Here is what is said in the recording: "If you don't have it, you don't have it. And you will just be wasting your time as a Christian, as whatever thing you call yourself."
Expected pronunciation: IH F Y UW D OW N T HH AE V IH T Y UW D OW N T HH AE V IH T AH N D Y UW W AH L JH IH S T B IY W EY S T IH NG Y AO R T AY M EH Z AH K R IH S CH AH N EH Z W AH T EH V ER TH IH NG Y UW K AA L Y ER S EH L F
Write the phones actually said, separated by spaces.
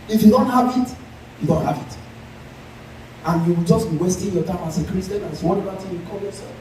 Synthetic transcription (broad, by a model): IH F Y UW D OW N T HH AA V IH T Y UW D OW N T HH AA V IH T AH N Y UW W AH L JH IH S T B IY W EY S T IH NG Y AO T AY M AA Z AH K R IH S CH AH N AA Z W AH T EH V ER T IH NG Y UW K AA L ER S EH